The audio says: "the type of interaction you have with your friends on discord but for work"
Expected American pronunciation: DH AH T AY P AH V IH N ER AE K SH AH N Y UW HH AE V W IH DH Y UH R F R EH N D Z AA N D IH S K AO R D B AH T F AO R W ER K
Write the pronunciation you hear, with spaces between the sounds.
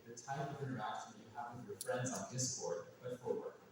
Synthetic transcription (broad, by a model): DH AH T AY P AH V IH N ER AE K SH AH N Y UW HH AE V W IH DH Y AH R F R EH N D Z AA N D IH S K AO R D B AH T F AO R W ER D